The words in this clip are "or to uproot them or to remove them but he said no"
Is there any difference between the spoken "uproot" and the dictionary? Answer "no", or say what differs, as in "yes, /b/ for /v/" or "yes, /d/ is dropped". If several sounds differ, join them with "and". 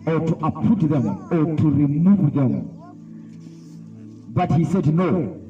yes, /ɹ/ is dropped